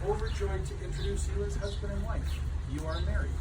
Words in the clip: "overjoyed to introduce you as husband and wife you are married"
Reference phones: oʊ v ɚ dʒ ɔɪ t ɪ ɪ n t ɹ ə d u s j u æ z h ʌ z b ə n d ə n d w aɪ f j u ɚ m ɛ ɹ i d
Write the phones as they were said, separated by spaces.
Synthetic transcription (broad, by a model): oʊ v ɚ dʒ ɔɪ t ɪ ɪ n t ɹ ə d u s j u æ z h ʌ z b ə n d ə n w aɪ f j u ɚ m ɛ ɹ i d